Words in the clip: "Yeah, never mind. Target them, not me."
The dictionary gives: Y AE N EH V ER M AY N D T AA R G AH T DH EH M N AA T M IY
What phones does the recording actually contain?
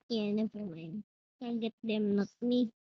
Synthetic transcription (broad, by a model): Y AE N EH F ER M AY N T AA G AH T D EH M N AA T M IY